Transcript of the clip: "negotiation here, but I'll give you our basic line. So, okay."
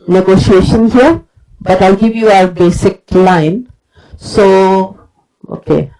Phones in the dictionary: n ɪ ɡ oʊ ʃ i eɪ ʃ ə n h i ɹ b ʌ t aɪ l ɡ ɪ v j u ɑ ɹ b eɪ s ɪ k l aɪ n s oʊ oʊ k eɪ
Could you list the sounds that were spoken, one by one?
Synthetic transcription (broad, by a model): n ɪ ɡ oʊ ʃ i eɪ ʃ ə n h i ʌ b ʌ t aɪ l ɡ ɪ v j u ɑ ɹ b eɪ s ɪ k l aɪ n s oʊ oʊ k eɪ